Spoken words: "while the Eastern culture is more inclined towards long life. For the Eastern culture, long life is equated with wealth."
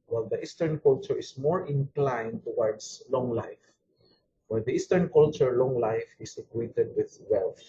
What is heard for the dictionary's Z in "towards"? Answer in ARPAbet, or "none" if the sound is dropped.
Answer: S